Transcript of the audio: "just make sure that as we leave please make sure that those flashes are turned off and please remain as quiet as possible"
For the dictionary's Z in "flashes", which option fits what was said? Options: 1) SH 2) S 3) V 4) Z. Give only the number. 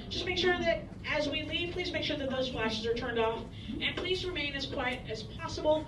4